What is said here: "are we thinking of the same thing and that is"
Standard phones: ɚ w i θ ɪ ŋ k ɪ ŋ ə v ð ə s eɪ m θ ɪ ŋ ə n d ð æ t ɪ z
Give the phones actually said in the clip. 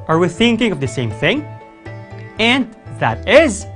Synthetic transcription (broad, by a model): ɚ w i θ ɪ ŋ k ɪ ŋ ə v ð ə s eɪ m θ ɪ ŋ ə n d ð æ t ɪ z